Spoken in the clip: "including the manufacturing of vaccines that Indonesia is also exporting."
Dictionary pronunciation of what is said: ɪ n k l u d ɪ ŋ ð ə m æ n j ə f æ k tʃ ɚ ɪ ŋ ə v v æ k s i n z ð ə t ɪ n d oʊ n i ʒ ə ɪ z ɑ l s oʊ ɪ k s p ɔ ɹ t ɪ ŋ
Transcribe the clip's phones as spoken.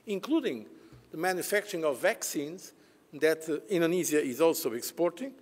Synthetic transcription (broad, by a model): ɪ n k l u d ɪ ŋ ð ə m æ n j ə f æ k tʃ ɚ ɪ ŋ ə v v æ k s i n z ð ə t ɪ n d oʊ n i z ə ɪ z ɑ l s oʊ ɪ k s p ɔ ɹ t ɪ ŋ